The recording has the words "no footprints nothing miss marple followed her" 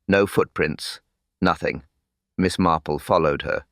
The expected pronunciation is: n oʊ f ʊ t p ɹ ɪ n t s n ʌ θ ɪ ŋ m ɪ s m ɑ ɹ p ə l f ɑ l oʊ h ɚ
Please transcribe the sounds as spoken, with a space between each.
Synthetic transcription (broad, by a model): n oʊ f ʊ t p ɹ ɪ n t s n ʌ θ ɪ ŋ m ɪ s m ɑ ɹ p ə l f ɑ l oʊ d ɚ